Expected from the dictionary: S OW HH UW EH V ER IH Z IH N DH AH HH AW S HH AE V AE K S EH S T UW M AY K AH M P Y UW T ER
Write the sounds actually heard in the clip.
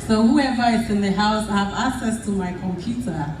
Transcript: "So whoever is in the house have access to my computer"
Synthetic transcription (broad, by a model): S OW HH UW EH V ER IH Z IH N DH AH HH AW S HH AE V AE K S EH S T UW M AY K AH M P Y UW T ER